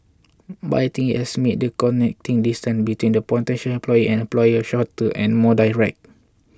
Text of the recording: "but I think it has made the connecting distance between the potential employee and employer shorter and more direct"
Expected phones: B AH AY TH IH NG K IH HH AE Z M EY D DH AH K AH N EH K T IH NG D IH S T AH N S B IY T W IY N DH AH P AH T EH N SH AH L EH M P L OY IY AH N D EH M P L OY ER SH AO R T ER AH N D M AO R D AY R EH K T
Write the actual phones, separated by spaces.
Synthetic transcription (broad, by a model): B AY T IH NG IH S M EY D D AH K AH N EH K T IH NG D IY S T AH N S B IY T W IY N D AH P AH T EH N SH AH L EH M P L OY IY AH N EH M P L OY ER SH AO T T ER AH N M AO D AY R EH K T